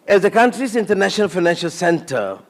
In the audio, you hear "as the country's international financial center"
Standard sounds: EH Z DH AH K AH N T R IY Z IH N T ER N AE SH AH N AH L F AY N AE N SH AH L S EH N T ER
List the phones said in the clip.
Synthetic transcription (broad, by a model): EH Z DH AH K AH N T R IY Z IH N T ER N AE SH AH N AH L F AY N AE N SH AH L S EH N T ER